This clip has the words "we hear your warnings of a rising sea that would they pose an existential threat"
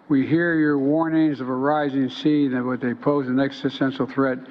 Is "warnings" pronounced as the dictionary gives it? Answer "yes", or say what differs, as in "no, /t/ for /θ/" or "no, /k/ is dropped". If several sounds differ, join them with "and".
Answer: yes